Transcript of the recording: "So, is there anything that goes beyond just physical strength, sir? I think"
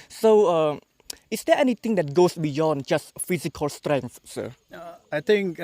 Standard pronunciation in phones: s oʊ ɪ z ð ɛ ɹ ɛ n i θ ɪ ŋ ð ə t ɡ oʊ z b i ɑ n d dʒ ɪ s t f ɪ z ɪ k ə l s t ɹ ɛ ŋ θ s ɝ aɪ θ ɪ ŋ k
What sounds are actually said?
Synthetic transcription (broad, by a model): s oʊ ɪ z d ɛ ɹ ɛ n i t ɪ ŋ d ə t ɡ oʊ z b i ɑ n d dʒ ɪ s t f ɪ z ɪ k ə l s t ɹ ɛ ŋ θ s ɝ aɪ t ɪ ŋ k